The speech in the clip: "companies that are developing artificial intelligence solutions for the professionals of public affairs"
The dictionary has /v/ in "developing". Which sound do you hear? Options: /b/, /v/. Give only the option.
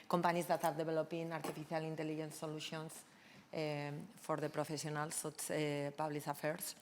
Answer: /b/